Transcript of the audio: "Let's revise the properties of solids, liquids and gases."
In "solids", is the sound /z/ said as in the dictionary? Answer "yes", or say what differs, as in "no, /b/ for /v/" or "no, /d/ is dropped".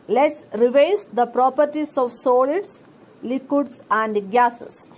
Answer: no, /s/ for /z/